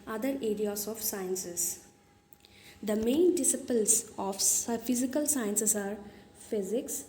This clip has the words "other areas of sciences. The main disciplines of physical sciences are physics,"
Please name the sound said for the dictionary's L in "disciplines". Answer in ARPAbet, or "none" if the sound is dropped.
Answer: none